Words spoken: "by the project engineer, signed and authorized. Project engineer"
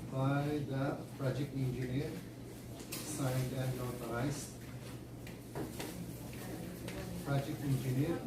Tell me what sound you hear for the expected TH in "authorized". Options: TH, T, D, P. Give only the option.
T